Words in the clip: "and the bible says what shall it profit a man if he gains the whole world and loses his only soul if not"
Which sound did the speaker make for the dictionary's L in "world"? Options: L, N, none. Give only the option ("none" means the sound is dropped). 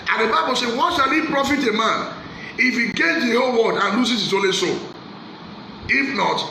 none